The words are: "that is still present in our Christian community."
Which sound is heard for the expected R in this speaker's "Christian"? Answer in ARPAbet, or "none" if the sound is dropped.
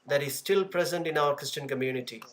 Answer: R